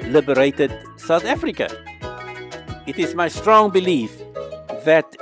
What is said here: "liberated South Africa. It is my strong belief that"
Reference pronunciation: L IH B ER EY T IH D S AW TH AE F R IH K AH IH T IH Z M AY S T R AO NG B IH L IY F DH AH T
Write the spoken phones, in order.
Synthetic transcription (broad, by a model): L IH B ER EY T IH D S AW TH AE F R IH K AH IH T IH Z M AY S T R AO NG B IH L IY F DH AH T